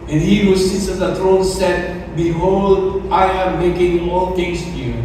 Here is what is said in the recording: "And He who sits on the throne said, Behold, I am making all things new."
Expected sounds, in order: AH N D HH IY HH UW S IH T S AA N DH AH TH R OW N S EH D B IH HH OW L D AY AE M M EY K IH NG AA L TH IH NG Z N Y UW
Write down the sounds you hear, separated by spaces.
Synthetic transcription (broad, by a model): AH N HH IY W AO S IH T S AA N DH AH T R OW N S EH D B IH HH OW L D AY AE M M EY K IH NG AA L T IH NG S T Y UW